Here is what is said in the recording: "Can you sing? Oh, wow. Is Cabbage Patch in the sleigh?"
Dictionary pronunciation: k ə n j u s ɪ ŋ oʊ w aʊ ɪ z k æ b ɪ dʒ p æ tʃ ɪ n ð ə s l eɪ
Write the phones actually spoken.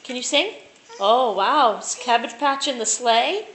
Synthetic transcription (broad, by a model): k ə n j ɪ s ɪ ŋ oʊ w aʊ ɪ s k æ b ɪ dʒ p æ tʃ ɪ n ð ə s l eɪ